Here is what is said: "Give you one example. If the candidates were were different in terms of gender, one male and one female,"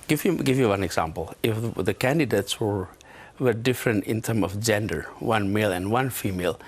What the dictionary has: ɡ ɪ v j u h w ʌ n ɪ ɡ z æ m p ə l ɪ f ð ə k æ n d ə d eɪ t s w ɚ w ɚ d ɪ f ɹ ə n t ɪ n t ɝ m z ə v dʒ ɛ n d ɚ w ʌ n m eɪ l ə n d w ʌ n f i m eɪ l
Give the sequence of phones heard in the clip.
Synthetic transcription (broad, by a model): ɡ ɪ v j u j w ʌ n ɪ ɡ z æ m p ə l ɪ f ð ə k æ n d ə d eɪ t s w ɚ w ɚ d ɪ f ɹ ə n t ɪ n t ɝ m ə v dʒ ɛ n d ɚ w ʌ n m eɪ l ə n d w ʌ n f i m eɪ l